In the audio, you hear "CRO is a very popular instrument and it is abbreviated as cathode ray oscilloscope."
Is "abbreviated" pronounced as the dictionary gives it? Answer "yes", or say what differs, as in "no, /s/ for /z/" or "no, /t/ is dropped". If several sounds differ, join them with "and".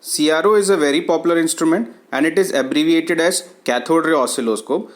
yes